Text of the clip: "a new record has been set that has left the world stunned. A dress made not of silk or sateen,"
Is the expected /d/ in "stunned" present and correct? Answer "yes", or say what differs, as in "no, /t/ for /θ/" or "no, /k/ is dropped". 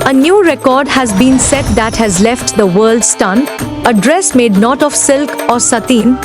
no, /d/ is dropped